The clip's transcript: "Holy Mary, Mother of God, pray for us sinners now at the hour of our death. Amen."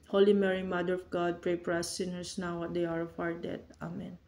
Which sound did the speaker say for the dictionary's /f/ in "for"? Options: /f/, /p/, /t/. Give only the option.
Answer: /p/